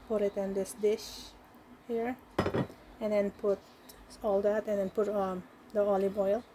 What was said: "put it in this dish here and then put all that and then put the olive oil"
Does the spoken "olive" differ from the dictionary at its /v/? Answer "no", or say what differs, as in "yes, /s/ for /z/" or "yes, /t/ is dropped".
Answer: yes, /b/ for /v/